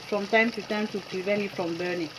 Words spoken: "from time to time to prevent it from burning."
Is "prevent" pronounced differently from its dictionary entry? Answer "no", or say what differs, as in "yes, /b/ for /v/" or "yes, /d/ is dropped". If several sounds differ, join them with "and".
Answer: yes, /t/ is dropped